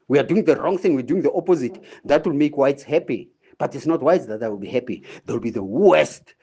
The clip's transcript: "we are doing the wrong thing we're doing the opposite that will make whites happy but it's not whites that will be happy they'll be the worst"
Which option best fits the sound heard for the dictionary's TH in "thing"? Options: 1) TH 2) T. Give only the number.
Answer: 1